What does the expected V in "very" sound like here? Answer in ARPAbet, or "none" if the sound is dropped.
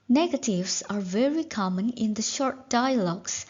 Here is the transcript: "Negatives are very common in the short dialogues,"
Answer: V